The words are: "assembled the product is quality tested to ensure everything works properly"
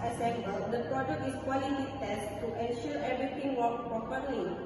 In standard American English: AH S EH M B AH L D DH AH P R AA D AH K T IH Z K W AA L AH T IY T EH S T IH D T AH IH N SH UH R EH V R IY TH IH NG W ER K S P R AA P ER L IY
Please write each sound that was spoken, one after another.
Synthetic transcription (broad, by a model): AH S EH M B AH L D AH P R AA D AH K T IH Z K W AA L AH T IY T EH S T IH T AH N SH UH R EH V R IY T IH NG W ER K P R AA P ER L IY